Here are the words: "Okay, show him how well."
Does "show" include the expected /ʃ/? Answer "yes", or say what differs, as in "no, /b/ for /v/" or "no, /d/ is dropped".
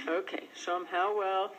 no, /s/ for /ʃ/